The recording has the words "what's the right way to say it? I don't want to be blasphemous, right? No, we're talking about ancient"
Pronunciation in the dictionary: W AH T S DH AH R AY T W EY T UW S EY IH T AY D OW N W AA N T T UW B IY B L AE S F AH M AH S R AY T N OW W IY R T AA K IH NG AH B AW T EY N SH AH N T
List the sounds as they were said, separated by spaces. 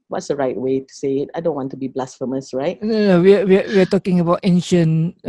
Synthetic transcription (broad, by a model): W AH T S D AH R AY T W EY T UW S EY IH T AY D OW N W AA N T T UW B IY B L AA S F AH M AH S R AY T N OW W IY W T AA K IH NG AH B AW T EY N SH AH N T